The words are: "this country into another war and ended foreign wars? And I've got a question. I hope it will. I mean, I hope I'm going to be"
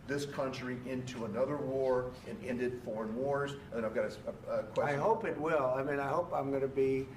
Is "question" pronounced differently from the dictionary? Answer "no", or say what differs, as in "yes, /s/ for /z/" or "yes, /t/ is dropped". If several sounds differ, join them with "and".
yes, /ʃ/ is dropped and /n/ is dropped